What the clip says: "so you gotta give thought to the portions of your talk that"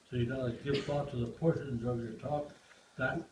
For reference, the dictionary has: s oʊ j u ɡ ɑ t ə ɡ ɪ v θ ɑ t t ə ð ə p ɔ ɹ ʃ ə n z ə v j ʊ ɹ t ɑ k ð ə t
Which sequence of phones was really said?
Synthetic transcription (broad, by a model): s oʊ j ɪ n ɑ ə ɡ ɪ v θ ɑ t t ə ð ə p ɔ ɹ ʃ ə n z ə v j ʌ ɹ t ɑ k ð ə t